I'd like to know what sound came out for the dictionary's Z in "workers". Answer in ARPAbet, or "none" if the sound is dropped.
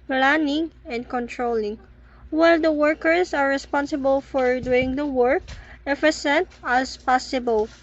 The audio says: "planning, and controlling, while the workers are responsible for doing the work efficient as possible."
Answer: S